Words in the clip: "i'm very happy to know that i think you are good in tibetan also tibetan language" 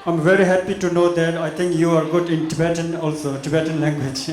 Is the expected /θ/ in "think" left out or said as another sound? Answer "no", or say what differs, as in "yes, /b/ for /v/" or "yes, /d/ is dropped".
yes, /t/ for /θ/